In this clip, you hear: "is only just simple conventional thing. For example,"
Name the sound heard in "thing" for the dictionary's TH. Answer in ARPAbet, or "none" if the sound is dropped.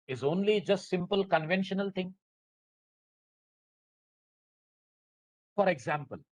T